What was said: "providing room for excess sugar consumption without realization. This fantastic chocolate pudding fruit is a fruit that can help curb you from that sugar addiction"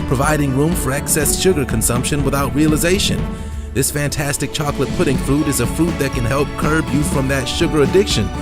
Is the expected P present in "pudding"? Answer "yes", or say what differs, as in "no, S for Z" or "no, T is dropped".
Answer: yes